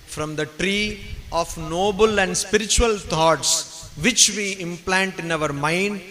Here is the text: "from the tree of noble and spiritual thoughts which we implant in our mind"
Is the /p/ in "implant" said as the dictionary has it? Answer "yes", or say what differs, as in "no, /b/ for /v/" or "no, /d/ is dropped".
yes